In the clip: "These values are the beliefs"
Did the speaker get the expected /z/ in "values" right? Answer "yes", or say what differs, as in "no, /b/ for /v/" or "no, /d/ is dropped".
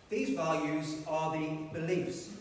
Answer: yes